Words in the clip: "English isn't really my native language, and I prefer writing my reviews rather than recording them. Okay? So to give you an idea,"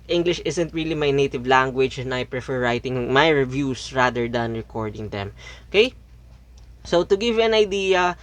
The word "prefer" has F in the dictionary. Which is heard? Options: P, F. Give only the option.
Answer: F